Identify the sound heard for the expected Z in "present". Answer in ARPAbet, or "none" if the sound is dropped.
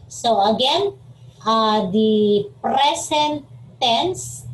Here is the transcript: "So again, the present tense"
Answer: S